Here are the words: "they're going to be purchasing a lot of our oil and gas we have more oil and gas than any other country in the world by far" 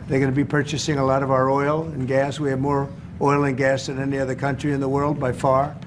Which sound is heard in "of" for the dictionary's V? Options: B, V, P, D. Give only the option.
V